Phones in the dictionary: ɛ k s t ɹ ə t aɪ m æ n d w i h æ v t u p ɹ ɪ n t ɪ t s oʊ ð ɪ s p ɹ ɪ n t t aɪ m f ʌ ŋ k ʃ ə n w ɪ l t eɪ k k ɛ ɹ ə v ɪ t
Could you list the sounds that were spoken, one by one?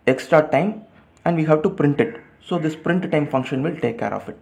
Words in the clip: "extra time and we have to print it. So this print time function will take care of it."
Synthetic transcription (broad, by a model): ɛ k s t ɹ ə t aɪ m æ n d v i h æ v t u p ɹ ɪ n t ɪ t s oʊ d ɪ s p ɹ ɪ n t t aɪ m f ʌ ŋ k ʃ ə n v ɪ l t eɪ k k ɛ ɹ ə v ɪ t